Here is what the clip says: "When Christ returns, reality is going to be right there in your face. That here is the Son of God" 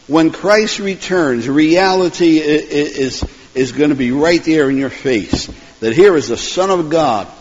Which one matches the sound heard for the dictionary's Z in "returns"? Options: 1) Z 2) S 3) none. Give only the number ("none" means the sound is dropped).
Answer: 1